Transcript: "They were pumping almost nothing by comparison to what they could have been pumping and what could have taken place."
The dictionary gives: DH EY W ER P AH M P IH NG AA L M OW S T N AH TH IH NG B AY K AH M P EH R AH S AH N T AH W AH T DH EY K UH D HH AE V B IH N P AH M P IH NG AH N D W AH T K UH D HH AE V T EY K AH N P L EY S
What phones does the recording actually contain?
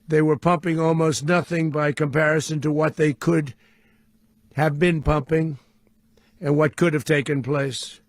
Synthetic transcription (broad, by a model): DH EY W ER P AH M P IH NG AA L M OW S T N AH TH IH NG B AY K AH M P EH R AH S AH N T AH W AH T DH EY K UH D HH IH V B IH N P AH M P IH NG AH N W AH T K UH D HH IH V T EY K AH N P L EY S